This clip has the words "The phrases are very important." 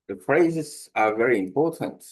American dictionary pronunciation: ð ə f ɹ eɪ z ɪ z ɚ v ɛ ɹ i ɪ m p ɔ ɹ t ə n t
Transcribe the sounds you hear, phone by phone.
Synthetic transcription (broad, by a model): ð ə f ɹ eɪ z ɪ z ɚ v ɛ ɹ i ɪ m p ɔ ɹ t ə n t